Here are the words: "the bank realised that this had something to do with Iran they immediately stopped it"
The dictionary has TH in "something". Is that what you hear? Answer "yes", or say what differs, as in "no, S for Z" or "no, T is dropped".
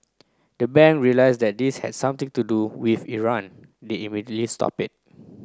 no, T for TH